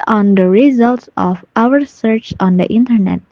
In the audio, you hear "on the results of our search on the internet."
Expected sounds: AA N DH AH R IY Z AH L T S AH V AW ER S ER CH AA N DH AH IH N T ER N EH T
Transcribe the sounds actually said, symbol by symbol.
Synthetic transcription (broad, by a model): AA N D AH R IY Z AH L T S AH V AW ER S ER CH AA N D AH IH N T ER N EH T